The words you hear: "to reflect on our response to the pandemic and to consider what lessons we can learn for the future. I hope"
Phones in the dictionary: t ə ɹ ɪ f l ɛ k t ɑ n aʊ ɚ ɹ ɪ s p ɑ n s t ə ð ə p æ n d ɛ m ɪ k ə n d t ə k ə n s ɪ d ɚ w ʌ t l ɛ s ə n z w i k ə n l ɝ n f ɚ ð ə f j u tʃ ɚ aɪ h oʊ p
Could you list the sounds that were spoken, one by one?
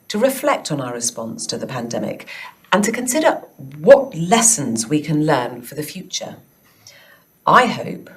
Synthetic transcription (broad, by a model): t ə ɹ ɪ f l ɛ k t n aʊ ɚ ɹ ɪ s p ɑ n s t ə ð ə p æ n d ɛ m ɪ k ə n t ə k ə n s ɪ d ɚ w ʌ t l ɛ s ə n z w i k ə n l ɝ n f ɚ ð ə f j u tʃ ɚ aɪ h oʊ p